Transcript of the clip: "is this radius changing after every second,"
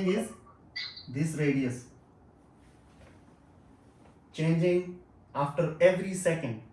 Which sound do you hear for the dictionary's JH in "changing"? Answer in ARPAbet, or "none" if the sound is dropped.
JH